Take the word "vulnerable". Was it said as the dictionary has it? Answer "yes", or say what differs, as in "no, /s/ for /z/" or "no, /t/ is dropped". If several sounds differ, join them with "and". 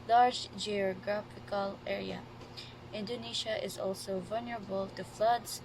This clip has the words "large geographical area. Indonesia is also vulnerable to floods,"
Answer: yes